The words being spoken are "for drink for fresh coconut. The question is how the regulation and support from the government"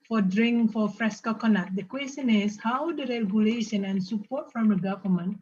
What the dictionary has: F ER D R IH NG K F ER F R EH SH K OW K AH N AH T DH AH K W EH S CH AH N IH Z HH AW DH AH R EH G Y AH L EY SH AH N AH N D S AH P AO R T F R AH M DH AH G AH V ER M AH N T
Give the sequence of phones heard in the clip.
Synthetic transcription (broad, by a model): F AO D R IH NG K F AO F R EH S K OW K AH N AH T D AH K W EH S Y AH N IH S HH AW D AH R EH G Y AH L EY SH AH N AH N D S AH P AO T F R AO M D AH G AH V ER M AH N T